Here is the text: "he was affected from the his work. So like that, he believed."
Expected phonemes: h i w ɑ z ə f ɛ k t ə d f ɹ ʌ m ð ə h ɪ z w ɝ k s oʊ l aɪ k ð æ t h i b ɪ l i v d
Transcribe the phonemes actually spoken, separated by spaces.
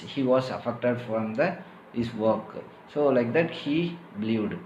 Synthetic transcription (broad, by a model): h i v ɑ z ə f ɛ k t ə d f ɹ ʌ m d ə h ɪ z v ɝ k s oʊ l aɪ k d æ t h i b l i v d